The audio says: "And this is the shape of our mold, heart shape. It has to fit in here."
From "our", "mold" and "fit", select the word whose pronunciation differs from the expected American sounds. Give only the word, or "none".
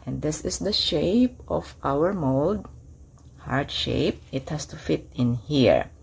none